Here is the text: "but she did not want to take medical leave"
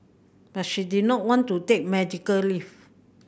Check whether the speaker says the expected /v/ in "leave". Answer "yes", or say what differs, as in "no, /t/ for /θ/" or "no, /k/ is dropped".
no, /f/ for /v/